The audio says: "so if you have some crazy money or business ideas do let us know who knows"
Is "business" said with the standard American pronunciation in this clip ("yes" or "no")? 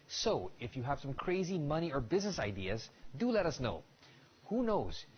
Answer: yes